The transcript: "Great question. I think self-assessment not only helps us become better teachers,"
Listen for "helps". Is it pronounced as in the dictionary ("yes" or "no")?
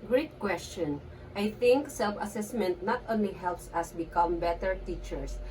yes